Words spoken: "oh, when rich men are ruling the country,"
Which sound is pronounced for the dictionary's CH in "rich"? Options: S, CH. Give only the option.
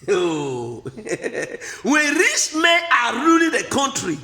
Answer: S